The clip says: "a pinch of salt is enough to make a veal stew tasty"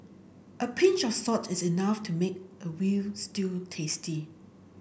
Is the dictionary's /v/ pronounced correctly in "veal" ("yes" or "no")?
no